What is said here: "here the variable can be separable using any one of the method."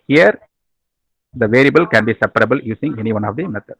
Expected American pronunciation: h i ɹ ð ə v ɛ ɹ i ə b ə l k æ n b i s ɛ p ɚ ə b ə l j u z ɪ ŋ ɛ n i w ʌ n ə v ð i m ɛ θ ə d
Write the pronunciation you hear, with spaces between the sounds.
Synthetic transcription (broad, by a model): h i ɹ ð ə v ɛ ɹ i ə b ə l k æ n b i s ɛ p ɚ ə b ə l j u s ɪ ŋ ɛ n i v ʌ n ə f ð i m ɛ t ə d